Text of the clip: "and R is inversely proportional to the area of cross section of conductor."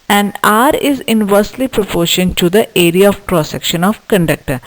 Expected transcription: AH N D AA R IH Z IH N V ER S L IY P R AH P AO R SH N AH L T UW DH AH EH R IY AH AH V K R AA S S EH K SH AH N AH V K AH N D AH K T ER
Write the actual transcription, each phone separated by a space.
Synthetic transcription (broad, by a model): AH N D AA R IH Z IH N V ER S L IY P R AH P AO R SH AH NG T UW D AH EH R IY AH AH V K R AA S S EH K SH AH N AH V K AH N D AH K T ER